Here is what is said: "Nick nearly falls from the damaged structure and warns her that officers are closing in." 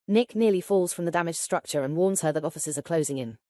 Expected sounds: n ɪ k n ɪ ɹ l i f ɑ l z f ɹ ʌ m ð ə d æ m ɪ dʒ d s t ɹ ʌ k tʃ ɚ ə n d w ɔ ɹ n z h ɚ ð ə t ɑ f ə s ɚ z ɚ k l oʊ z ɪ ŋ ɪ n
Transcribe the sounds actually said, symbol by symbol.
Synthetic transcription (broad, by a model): n ɪ k n ɪ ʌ l i f ɑ l z f ɹ ʌ m ð ə d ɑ m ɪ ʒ s t ɹ ʌ k tʃ ɚ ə n w ɔ n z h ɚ ð ə t ɑ f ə s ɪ z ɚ k l oʊ z ɪ ŋ ɪ n